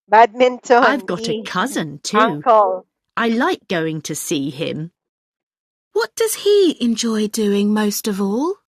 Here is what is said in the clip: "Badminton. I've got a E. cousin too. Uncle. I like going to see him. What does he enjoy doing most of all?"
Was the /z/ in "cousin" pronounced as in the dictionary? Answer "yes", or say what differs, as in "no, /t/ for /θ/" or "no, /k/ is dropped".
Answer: yes